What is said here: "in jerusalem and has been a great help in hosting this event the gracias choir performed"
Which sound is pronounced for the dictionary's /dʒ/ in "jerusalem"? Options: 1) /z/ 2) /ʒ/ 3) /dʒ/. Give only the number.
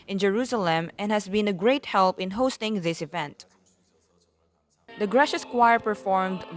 3